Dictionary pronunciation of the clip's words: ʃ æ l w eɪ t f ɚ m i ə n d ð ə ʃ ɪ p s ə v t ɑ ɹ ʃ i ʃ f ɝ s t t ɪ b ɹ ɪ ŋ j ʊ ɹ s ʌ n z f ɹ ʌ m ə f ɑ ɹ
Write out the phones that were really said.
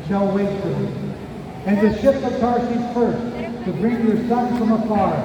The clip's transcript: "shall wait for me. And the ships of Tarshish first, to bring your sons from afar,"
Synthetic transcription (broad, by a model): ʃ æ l w eɪ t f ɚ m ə n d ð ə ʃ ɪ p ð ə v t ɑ ɹ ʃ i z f ɝ s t t ɪ b ɹ ɪ ŋ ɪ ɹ s ʌ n f ɹ ʌ m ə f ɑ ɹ